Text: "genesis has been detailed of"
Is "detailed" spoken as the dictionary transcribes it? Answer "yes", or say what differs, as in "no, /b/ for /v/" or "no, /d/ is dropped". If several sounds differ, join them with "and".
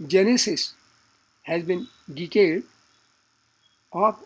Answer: no, /l/ is dropped